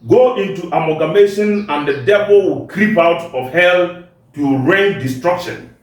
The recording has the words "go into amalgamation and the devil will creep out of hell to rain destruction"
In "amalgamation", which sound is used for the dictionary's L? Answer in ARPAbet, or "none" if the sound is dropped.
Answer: none